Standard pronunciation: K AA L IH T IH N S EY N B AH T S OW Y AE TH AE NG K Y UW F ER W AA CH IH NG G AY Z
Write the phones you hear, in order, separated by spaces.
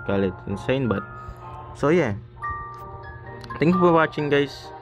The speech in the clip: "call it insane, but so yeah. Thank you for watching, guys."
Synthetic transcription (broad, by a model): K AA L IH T IH N S EY N B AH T S OW Y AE T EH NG K Y UW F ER W AA CH IH NG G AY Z